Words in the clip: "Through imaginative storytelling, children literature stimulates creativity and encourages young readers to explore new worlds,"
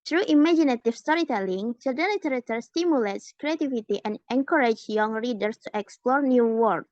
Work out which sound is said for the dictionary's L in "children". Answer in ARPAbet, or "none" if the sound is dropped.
none